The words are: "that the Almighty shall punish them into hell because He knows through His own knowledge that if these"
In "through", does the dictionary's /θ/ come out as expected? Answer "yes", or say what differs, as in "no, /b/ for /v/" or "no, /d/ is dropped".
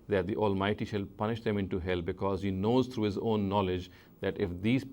no, /t/ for /θ/